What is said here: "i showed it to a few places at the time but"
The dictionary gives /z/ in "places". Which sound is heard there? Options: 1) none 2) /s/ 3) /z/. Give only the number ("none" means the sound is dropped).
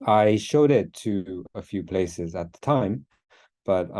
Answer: 3